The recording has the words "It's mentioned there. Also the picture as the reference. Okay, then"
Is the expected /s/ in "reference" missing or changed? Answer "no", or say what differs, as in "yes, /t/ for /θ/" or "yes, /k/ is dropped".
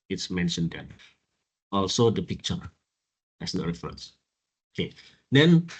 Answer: no